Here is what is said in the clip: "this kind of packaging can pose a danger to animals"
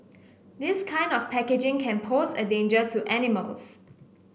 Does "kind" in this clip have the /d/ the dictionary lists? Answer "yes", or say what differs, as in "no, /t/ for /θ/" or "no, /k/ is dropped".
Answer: yes